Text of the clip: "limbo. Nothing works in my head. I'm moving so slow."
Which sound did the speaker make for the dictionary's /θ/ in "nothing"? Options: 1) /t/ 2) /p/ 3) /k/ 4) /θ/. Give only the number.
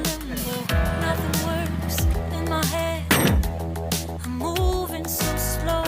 4